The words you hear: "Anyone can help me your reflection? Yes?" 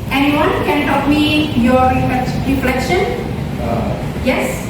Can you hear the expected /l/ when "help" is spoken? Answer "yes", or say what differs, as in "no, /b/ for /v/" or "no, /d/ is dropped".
no, /l/ is dropped